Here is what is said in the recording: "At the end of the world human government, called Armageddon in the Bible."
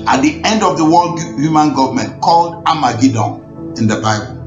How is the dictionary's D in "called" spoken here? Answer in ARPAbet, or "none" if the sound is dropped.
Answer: D